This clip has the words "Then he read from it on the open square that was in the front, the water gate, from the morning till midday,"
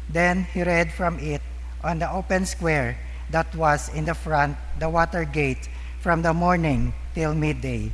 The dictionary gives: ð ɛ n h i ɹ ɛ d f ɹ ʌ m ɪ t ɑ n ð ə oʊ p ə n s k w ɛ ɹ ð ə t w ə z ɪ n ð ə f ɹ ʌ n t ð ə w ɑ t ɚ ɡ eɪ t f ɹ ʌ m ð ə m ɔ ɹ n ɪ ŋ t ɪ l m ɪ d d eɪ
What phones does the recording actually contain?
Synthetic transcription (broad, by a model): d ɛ n h i ɹ ɛ d f ɹ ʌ m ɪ t ɑ n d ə oʊ p ə n s k w ɛ ɹ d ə t w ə s ɪ n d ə f ɹ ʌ n t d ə w ɑ t ɚ ɡ eɪ t f ɹ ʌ m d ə m ɔ ɹ n ɪ ŋ t ɪ l m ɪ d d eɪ